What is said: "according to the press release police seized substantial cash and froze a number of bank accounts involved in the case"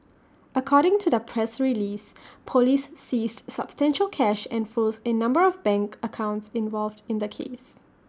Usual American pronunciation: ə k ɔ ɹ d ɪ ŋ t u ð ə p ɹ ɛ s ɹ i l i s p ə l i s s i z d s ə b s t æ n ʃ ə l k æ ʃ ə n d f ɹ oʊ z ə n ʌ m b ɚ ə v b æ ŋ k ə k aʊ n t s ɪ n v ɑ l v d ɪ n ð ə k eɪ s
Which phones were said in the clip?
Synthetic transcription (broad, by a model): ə k ɔ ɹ d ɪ ŋ t u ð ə p ɹ ɛ s ɹ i l i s p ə l i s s i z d s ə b s t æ n ʃ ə l k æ ʃ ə n f oʊ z ə n ʌ m b ɚ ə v b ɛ ŋ k ə k aʊ n t s ɪ n v ɑ l v d ɪ n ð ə k eɪ s